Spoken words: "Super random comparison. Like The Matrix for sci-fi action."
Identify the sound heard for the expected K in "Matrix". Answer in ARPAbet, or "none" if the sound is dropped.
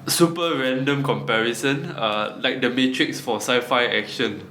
K